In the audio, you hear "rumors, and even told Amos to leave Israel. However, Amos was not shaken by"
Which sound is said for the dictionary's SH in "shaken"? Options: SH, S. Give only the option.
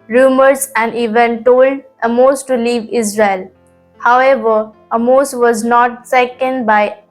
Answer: S